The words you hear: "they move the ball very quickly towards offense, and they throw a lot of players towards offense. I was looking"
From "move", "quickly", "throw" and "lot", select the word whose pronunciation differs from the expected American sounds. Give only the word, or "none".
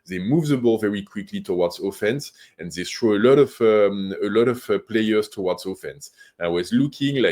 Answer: throw